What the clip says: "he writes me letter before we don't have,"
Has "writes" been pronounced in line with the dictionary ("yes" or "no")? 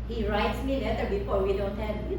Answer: yes